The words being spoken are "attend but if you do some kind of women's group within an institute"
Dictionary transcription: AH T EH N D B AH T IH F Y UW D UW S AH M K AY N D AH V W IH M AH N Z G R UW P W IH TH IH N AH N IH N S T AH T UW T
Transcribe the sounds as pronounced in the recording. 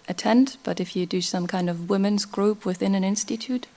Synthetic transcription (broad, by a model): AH T EH N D B AH T IH F Y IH D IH S AH M K AY N D AH V W IH M AH N Z G R UW P W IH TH IH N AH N IH N S T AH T UW T